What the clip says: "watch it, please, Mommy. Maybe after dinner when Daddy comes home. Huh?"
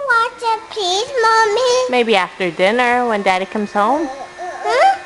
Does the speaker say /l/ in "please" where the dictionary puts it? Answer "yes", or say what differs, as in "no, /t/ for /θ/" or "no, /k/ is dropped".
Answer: no, /l/ is dropped